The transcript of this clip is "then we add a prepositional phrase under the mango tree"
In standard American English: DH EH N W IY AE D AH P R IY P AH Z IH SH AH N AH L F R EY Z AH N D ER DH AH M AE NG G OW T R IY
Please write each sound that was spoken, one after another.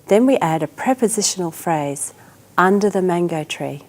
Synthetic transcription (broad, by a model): DH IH N W IY AE D AH P R IY P AH Z IH SH AH N AH L F R EY Z AH N D ER DH AH M AE NG G OW T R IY